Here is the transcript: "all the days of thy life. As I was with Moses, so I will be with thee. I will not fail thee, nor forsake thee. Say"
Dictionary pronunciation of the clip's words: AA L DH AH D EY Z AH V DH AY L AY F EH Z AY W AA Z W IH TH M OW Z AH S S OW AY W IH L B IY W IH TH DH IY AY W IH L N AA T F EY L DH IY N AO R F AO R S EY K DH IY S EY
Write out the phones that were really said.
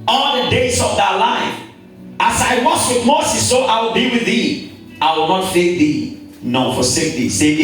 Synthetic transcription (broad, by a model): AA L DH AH D EY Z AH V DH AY L AY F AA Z AY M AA S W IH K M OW S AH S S OW AY W IH L B IY W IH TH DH IY AY W IH L N AA T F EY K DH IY N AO F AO S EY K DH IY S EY